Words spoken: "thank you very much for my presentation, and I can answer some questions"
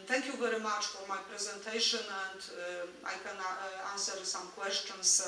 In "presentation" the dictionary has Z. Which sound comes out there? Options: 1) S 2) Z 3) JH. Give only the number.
2